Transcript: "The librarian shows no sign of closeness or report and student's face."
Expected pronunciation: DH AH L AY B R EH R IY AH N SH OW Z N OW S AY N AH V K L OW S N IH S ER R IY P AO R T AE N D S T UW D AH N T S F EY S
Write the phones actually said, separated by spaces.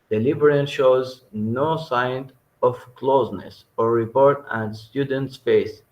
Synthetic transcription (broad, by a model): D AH L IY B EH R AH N SH OW Z N OW S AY N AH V K L OW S N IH S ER R IY P AO R T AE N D S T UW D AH N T S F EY S